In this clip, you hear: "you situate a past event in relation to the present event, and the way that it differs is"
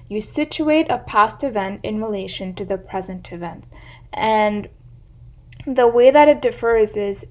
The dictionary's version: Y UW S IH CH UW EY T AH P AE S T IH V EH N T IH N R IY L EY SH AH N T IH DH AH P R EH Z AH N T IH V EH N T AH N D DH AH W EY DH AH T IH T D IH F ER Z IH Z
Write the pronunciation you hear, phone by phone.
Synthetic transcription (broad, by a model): Y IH S IH CH UW EY T AH P AE S T IH V EH N T IH N R IY L EY SH AH N T IH DH AH P R EH Z AH N T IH V EH N T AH N DH AH W EY DH AH T IH T D IH F ER Z IH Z